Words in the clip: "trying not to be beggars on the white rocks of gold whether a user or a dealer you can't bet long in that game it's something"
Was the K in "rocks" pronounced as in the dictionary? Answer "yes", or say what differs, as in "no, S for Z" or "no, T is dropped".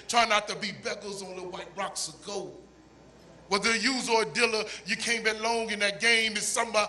yes